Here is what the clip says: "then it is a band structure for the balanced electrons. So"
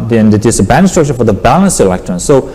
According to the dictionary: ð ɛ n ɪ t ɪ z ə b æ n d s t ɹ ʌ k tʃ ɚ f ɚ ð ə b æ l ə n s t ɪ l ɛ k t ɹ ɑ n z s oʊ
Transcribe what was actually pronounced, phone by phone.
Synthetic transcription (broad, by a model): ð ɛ n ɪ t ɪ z ə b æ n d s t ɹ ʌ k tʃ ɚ f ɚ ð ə b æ l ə n s ɪ l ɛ k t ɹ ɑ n s oʊ